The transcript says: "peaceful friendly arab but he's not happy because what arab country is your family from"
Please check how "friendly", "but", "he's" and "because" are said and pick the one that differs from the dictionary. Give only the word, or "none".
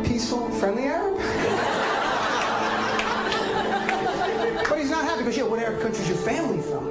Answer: because